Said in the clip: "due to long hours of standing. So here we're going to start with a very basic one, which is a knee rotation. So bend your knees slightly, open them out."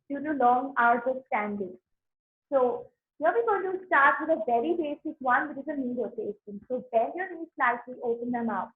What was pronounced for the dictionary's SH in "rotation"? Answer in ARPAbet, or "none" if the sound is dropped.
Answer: S